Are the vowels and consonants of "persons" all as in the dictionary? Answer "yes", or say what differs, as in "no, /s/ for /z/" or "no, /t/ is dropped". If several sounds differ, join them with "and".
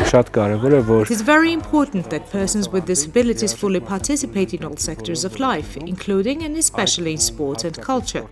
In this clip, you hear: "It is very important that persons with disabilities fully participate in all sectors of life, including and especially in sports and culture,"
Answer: yes